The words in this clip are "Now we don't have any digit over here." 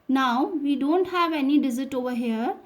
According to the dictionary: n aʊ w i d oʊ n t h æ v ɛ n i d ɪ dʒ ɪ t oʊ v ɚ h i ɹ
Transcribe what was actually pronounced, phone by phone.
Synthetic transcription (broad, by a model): n aʊ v i d oʊ n t h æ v ɛ n i d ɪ z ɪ t oʊ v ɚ h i ɹ